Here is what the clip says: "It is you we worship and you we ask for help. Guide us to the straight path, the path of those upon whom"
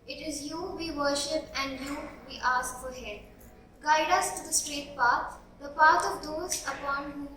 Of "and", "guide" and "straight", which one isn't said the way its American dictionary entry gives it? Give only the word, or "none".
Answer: none